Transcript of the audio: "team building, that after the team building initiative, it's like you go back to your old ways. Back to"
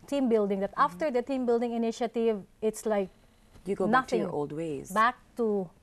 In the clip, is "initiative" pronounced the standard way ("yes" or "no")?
yes